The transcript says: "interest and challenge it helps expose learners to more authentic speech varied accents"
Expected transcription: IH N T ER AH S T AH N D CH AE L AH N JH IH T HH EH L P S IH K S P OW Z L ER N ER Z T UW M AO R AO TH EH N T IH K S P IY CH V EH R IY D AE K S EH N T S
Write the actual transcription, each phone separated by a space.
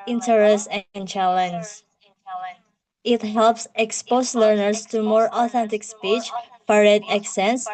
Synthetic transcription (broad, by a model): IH N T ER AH S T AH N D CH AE L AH N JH IH T HH EH L P S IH K S P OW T L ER N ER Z T UW M AO R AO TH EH N T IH K S P IY CH P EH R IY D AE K S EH N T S